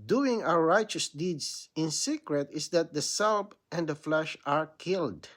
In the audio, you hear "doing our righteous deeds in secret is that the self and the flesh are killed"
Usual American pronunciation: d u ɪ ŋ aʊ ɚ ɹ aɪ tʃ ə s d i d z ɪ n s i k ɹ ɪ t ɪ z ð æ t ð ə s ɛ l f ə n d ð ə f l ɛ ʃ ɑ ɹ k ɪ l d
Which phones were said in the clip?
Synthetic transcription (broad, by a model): d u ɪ ŋ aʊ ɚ ɹ aɪ tʃ ə s d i d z ɪ n s i k ɹ ɪ t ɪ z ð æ t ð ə s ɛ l p ə n d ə f l ɛ ʃ ɑ ɹ k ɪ l d